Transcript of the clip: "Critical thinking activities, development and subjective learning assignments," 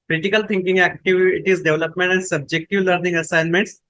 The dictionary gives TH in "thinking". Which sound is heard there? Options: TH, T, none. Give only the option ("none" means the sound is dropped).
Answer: T